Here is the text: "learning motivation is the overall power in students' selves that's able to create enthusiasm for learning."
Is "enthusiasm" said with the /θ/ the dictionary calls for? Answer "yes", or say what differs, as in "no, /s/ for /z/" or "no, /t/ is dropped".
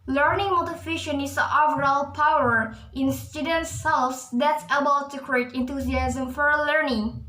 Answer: no, /t/ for /θ/